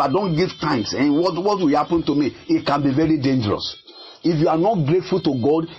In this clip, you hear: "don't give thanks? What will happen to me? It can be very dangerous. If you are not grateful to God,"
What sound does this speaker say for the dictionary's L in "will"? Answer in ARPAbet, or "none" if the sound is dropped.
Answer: W